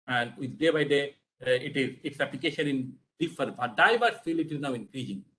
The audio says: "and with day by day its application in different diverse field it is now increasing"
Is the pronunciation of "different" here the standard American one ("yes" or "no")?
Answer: no